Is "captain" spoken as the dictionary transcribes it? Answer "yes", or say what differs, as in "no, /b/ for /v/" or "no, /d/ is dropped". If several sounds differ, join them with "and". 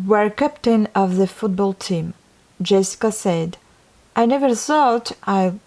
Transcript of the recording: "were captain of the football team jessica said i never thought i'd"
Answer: yes